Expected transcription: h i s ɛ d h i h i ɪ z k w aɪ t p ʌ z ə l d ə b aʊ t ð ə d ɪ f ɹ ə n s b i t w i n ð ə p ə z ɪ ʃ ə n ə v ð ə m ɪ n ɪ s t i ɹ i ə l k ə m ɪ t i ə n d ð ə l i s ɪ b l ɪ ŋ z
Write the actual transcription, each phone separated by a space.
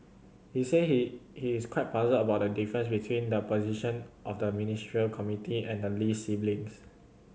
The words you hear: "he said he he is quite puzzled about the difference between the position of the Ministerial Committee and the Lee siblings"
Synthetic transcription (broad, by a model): h i s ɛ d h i h i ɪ s k w aɪ t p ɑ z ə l ə b aʊ t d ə d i f ɹ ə n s b i t w i n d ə p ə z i ʃ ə n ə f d ə m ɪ n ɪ s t ɹ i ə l k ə m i t i ə n d ə l i s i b l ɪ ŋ s